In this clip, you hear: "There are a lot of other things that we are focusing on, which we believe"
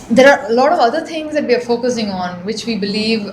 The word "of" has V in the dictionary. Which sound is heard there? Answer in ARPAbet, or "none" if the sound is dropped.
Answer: V